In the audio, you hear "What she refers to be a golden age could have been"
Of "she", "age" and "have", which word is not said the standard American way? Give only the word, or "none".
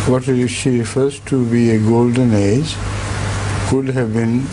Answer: none